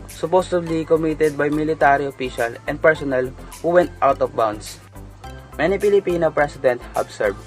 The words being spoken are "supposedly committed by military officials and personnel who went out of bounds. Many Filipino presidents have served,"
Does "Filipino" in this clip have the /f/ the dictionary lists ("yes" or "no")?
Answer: no